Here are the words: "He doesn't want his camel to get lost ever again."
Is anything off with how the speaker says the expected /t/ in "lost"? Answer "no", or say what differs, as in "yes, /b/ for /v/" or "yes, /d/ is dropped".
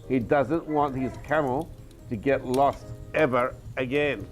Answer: no